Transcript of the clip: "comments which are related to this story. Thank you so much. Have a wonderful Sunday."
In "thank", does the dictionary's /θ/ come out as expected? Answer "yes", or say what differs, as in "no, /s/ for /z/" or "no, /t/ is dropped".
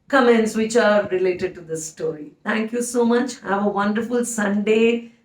no, /t/ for /θ/